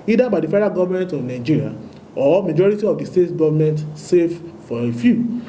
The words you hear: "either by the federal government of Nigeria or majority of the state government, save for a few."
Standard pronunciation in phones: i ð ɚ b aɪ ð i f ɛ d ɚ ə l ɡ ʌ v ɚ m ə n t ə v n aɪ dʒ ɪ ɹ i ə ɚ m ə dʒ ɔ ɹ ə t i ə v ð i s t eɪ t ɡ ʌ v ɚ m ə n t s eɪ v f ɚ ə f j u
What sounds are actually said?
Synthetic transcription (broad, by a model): i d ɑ b aɪ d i f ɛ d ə ɡ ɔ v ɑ m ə n t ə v n aɪ dʒ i ɹ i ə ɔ m ə dʒ ɔ ɹ ə t i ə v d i s t eɪ t ɡ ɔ v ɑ m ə n t s eɪ f f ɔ ə f j u